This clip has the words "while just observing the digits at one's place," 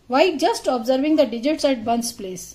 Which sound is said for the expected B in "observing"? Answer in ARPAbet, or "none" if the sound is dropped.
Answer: B